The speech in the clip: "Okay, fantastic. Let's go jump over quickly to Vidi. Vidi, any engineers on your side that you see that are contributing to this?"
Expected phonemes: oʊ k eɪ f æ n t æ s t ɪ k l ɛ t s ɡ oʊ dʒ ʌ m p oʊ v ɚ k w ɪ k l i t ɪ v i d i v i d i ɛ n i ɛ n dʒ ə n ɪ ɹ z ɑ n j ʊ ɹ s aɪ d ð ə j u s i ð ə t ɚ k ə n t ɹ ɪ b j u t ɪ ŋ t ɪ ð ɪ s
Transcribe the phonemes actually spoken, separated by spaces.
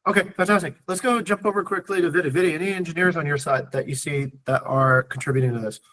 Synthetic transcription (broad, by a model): oʊ k eɪ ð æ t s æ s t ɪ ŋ l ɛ t s ɡ oʊ dʒ ʌ m p oʊ v ɚ k w ɪ k l i t ɪ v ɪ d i v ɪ d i ɛ n i ɛ n dʒ ə n ɪ ɹ z n j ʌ ɹ s aɪ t ð ə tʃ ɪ s i ð ə t ɚ k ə n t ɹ ɪ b j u t ɪ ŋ t ɪ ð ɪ s